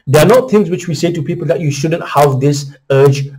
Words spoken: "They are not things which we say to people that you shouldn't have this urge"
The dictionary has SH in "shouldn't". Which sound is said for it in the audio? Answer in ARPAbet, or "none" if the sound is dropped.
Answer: SH